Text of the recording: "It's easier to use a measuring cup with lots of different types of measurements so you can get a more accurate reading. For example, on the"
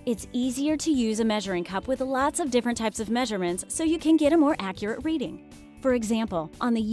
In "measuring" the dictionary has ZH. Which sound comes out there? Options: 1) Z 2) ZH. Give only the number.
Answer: 2